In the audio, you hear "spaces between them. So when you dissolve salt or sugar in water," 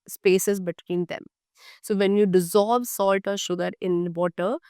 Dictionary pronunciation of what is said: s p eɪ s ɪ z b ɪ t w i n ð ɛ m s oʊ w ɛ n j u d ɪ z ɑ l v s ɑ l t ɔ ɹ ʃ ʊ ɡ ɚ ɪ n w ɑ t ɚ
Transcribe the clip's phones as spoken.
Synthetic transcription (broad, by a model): s p eɪ s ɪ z b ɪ t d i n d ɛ m s oʊ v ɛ n j u d ɪ z ɑ l v s ɑ l t ɔ ɹ ʃ ʊ ɡ ɚ ɪ n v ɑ t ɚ